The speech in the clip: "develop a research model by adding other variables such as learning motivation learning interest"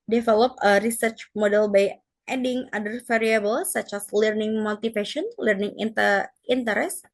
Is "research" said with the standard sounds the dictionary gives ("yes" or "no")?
yes